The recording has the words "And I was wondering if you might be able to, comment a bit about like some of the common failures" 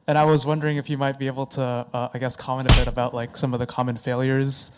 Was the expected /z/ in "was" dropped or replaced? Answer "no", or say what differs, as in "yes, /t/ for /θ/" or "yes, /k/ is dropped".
no